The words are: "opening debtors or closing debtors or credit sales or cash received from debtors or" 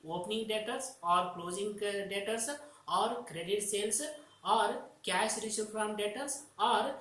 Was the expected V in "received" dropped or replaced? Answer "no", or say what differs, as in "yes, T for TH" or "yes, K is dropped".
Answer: yes, V is dropped